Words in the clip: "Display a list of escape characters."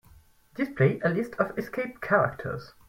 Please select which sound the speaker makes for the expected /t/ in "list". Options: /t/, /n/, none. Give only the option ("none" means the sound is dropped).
/t/